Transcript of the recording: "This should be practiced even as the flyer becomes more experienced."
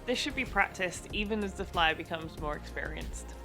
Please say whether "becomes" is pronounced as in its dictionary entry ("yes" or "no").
yes